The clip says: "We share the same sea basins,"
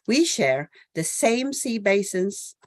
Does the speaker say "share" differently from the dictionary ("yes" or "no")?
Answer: no